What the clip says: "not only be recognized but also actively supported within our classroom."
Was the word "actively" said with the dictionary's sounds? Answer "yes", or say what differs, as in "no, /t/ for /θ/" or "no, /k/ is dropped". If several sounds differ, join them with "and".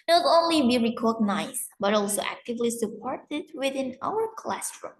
yes